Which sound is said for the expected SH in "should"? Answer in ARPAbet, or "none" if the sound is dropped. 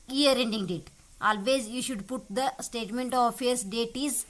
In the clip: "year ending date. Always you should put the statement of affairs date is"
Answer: SH